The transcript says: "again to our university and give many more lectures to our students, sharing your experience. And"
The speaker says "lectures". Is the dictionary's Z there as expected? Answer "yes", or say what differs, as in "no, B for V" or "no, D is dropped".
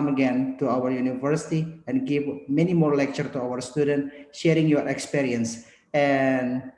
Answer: no, Z is dropped